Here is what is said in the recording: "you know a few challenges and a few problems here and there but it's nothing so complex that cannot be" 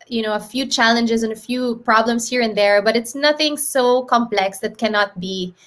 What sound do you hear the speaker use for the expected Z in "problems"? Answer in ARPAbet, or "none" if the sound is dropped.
S